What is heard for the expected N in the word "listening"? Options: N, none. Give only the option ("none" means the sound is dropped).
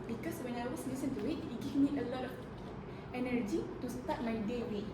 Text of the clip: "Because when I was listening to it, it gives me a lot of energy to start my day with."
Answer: none